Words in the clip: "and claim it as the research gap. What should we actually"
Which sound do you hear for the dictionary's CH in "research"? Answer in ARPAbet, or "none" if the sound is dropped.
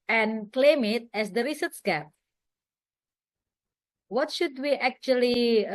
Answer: S